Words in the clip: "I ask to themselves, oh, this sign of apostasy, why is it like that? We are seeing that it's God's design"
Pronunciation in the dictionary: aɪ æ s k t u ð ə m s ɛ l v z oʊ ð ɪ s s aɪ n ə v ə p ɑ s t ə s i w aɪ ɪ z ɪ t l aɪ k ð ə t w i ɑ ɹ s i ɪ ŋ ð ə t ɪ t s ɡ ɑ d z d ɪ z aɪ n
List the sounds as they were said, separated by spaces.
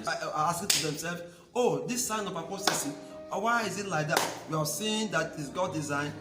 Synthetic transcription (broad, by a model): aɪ s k t u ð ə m s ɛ l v oʊ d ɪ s s aɪ n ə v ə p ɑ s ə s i w aɪ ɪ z ɪ t l aɪ k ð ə t w i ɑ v s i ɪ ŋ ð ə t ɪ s ɡ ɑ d d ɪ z aɪ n